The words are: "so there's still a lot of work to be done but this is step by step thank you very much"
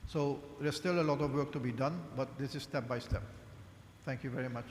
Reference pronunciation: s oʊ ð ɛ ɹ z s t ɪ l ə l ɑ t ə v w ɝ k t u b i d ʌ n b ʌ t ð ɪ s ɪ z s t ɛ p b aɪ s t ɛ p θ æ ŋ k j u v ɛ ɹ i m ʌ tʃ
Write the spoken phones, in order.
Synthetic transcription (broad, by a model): s oʊ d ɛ s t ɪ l ə l ɑ t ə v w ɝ k t u b i d ʌ n b ʌ t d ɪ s ɪ z s t ɛ p b aɪ s t ɛ p t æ ŋ k j u v ɛ ɹ i m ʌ tʃ